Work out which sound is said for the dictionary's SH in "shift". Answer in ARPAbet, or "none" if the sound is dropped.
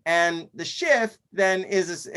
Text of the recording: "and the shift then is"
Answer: SH